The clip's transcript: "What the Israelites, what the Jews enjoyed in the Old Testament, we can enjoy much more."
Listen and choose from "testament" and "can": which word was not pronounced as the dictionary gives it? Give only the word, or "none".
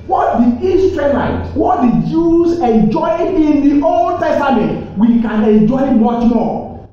none